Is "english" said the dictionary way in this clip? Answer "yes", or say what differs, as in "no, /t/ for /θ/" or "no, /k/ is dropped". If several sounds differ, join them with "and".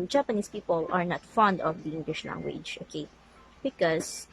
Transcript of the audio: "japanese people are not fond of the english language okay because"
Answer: no, /w/ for /l/